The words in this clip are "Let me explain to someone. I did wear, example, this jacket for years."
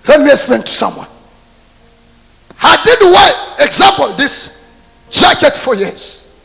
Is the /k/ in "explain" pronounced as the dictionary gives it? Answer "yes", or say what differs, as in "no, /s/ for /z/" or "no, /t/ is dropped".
no, /k/ is dropped